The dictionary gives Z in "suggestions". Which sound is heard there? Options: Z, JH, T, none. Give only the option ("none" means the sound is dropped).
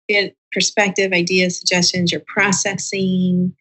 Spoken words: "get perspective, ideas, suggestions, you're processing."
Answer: Z